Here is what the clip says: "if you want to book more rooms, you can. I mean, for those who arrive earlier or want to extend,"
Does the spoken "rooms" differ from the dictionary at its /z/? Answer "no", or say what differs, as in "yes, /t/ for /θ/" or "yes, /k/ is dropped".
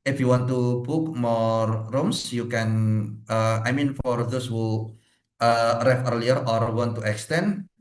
yes, /s/ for /z/